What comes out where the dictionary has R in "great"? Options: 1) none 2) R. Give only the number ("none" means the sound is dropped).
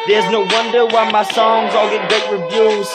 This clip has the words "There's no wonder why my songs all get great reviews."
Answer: 1